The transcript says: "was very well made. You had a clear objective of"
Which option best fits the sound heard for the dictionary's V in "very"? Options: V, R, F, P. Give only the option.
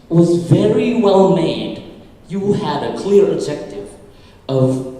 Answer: V